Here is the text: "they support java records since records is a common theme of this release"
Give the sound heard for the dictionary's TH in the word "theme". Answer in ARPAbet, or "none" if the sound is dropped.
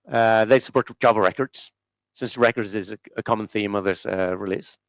TH